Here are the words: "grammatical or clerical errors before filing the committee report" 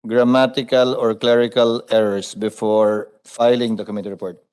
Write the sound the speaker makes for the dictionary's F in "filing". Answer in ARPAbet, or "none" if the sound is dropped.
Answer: F